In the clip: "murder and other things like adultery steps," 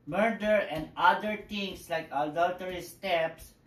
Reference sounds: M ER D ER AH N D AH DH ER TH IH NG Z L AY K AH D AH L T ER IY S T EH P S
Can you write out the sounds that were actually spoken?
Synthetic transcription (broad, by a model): M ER D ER AH N D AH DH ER T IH NG S L AY K AH D AH L T ER IY S T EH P S